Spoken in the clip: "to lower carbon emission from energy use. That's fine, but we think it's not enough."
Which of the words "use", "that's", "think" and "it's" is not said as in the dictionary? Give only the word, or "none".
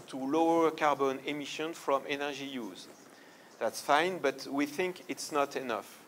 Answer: none